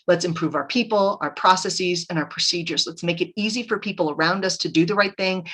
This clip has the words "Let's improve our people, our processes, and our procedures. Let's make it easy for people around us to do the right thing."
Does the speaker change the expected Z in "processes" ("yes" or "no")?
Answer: no